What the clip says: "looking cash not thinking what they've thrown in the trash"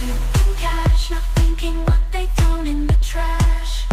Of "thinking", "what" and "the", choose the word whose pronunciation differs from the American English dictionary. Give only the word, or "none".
none